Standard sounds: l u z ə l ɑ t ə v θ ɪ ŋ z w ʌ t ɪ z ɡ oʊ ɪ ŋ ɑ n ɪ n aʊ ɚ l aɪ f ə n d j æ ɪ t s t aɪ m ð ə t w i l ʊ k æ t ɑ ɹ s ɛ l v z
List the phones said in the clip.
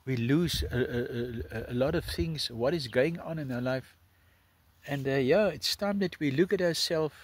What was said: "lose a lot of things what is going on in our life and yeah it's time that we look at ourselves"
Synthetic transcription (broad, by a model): l u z ə l ɑ t ə v θ ɪ ŋ z w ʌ t ɪ z ɡ oʊ ɪ ŋ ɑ n ɪ n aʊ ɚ l aɪ f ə n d j æ ɪ t s t aɪ m ð ə t w i l ʊ k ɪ t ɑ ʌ s ɛ l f